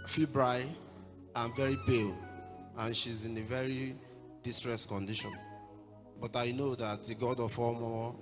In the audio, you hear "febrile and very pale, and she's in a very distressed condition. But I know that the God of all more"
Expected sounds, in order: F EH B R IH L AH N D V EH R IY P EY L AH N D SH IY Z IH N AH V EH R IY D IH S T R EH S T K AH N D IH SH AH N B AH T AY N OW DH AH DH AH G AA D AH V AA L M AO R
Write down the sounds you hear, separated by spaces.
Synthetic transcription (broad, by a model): F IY B R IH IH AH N V EH R IY B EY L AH N SH IY Z IH N AH V EH R IY D IH S T R EH S T K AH N D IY SH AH N B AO T AY N OW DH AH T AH G AA D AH F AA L M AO